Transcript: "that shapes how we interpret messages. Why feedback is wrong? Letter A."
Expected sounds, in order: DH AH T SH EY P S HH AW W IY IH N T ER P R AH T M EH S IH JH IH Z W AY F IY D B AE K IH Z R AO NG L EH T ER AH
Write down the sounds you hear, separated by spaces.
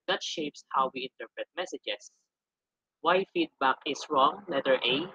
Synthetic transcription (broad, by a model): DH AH T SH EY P S HH AW W IY IH N T ER P R AH T M EH S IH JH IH S W AY F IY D B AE K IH S R AO NG W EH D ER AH